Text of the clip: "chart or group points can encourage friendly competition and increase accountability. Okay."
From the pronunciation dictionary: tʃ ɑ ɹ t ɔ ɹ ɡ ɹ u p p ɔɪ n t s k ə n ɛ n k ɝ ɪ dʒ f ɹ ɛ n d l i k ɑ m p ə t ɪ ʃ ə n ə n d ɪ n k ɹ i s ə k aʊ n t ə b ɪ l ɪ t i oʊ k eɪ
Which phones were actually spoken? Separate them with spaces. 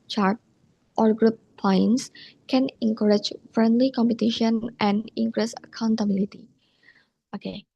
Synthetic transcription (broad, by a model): tʃ ɑ ɹ t ɔ ɹ ɡ ɹ u p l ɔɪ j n s k ə n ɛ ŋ k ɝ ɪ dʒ f ɹ ɛ n d l i k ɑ m p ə t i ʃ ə n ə n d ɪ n k ɹ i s ə k aʊ n t ə b ɪ l ɪ t i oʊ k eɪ